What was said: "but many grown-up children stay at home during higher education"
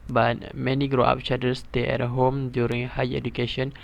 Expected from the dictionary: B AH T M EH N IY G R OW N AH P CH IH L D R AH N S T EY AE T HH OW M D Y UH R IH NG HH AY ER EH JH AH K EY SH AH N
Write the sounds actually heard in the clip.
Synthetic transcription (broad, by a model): B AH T M EH N IY G R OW AA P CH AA D AH S T EY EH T HH OW M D Y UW R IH NG HH AY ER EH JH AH K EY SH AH N